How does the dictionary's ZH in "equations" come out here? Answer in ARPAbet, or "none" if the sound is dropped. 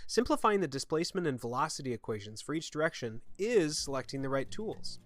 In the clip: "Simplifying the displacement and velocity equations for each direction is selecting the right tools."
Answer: ZH